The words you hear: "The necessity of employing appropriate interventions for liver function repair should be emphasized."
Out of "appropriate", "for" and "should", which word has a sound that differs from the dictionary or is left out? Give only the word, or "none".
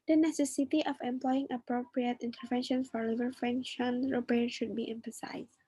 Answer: none